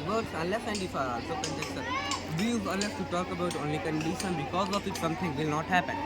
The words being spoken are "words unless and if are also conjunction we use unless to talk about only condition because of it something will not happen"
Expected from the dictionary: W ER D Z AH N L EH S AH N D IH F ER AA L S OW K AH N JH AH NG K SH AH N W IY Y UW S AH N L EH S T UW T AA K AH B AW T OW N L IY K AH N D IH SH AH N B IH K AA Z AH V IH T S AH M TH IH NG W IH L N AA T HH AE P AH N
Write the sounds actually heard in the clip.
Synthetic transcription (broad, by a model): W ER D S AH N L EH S AH N D IH F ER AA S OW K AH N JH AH K S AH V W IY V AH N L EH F T UW T AA K AH B AW T OW N L IY K AH N D IH SH AH N B IH K AA Z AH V IH T S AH M T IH NG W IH L N AA T HH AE P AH N